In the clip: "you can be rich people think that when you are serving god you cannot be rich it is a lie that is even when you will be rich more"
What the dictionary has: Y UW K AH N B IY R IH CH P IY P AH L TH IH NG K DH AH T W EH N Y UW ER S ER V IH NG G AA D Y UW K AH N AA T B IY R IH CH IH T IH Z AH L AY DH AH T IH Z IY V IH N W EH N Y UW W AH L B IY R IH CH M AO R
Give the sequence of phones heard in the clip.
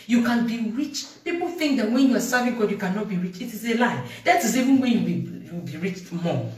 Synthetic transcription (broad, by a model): Y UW K AH N B IY R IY CH P IY P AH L TH IH NG K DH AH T W EH N Y UW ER S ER V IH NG G AA D Y UW K AH N AA T B IY R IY CH IH T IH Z AH L AY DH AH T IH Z IY V IH N W EH N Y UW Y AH W B IY R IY CH M AO